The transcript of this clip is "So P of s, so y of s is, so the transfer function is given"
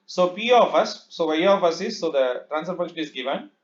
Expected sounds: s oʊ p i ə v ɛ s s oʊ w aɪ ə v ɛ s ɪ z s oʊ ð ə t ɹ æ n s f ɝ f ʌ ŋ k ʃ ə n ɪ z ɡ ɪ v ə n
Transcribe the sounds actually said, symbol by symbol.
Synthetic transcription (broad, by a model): s oʊ p i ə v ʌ s s oʊ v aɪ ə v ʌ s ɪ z s oʊ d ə t ɹ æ n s ɝ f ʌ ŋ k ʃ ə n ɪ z ɡ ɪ v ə n